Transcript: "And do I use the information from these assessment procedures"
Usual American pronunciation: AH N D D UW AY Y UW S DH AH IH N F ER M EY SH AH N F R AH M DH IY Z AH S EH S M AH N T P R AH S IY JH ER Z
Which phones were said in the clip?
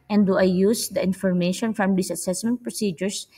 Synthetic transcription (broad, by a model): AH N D D UW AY Y UW S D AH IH N F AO M EY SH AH N F R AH M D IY S AH S EH S M AH N T P R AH S IY JH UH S